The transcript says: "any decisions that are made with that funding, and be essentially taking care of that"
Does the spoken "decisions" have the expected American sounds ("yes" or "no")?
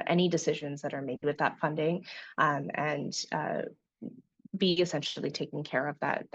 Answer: yes